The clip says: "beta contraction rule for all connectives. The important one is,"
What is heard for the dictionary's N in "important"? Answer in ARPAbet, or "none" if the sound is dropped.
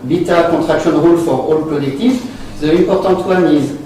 none